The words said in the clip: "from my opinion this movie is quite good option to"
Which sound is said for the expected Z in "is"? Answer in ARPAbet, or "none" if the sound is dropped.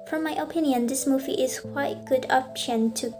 S